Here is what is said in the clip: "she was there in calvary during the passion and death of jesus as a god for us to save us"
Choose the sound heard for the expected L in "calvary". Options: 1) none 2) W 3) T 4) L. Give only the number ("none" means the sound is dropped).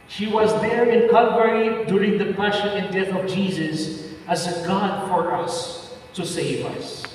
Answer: 1